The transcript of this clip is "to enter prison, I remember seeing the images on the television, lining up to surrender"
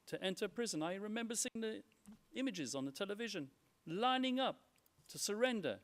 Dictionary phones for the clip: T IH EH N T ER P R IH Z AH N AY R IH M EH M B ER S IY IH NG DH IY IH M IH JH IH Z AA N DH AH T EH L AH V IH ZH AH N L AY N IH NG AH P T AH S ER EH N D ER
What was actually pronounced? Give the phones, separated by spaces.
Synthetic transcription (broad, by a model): T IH EH N T ER P R IH Z AH N AY R IH M EH M B ER S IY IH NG DH IY IH M IH JH IH Z N DH AH T EH L AH V IH ZH AH N L AY N IH NG AH P T AH S ER EH N D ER